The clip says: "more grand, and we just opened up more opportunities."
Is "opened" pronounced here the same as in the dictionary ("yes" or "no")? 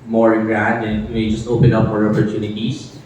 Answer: no